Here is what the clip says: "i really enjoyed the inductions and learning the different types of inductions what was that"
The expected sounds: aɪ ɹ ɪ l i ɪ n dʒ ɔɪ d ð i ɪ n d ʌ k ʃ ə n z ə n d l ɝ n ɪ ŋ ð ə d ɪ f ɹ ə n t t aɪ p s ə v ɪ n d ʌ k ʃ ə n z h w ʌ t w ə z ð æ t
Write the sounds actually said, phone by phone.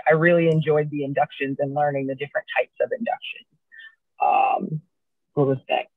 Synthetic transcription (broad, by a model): aɪ ɹ ɪ l i ɪ n dʒ ɔɪ d ð i ɪ n d ʌ k ʃ ə n z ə n l ɝ n ɪ ŋ ð ə d ɪ f ɹ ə n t t aɪ p s ə v ɪ n d ʌ k ʃ ə n z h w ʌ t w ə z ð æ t